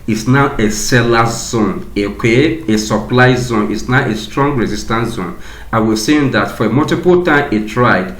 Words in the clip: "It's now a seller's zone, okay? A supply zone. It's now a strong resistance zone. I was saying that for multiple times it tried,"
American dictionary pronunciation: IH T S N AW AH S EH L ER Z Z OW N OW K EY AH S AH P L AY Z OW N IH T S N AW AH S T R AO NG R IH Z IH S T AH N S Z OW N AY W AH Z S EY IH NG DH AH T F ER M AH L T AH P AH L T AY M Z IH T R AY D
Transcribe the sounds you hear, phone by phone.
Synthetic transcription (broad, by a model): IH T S N AW AH S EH L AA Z Z OW N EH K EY AH S AH P L AY Z OW N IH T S N AW AH S T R AO NG R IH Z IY S T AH N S Z OW N AY W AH S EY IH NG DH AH T F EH M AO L T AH P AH L T AY M IH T R AY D